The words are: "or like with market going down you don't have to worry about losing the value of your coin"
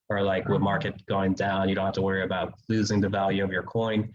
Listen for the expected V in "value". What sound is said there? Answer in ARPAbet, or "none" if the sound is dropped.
V